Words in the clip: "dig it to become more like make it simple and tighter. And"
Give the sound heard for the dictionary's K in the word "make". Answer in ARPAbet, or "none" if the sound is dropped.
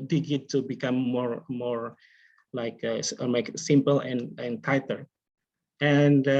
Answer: none